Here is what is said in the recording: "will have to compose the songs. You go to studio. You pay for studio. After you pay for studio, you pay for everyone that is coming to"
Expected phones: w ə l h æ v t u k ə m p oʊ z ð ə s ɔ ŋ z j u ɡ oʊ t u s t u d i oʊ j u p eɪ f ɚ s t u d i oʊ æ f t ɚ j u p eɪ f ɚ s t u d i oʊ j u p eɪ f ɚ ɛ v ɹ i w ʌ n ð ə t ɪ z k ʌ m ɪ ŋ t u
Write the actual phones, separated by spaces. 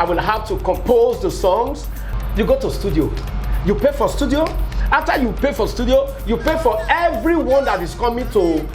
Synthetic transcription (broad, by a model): w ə l h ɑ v t u k ə m p oʊ z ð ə s ɔ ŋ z j u ɡ oʊ t u s t u d i oʊ j u p eɪ f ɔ s t u d i oʊ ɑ f t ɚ j u p eɪ f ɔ s t u d i oʊ j u p eɪ f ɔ ɛ v ɹ i w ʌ n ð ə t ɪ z k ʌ m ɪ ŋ t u